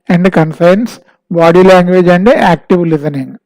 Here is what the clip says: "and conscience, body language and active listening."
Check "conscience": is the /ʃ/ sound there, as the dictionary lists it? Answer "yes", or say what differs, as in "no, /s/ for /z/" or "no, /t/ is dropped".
no, /s/ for /ʃ/